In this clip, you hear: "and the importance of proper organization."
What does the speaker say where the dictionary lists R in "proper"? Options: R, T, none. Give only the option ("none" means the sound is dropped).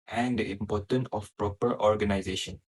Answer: R